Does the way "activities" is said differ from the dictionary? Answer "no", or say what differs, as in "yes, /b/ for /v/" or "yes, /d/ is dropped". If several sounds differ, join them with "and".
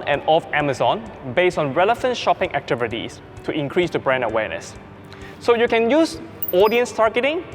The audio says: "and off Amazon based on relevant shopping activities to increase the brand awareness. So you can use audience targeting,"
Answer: yes, /s/ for /z/